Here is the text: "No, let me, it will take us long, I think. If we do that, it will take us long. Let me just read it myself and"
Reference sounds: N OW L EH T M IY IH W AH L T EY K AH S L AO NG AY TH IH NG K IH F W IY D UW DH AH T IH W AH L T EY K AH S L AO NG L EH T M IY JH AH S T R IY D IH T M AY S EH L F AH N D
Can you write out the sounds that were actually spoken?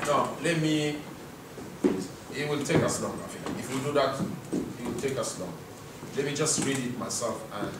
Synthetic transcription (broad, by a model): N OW L EH T M IY IH W AH L T EY K AH S L AO NG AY F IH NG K IH F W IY D UW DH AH T IH W AH L T EY K AH S L AO NG L EH T M IY JH AH S T R IY D IH T M AY S EH L F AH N